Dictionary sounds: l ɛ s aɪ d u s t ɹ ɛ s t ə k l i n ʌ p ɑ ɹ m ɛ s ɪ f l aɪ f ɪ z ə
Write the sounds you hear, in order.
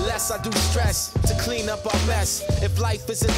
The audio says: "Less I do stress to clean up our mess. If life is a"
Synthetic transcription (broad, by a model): l ɛ s aɪ d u s t ɹ ɛ s t ə k l i n ʌ p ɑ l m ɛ s ɪ f l aɪ f ɪ z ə